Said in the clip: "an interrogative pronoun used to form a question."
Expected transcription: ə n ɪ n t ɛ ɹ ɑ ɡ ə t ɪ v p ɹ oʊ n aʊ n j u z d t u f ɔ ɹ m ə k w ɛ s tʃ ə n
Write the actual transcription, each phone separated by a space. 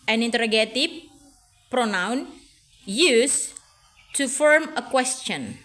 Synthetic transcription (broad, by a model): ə n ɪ n t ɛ ɹ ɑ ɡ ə t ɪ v p ɹ oʊ n aʊ n j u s t u f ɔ ɹ m ə k w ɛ s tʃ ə n